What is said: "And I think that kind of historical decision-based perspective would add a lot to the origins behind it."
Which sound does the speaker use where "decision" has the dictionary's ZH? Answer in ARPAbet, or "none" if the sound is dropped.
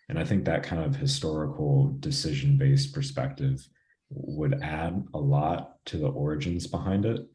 ZH